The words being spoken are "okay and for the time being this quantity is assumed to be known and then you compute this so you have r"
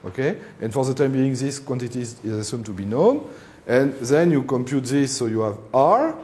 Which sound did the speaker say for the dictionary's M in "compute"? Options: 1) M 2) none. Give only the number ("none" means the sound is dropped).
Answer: 1